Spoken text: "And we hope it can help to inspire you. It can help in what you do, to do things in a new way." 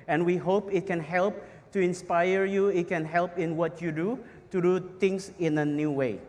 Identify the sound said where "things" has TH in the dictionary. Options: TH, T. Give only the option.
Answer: T